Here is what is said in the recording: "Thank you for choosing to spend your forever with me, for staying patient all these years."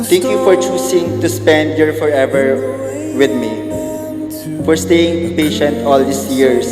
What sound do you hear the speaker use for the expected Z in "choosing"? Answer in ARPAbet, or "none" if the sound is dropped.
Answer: S